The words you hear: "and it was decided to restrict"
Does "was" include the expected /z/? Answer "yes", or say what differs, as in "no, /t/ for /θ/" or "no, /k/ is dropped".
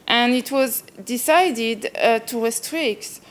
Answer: yes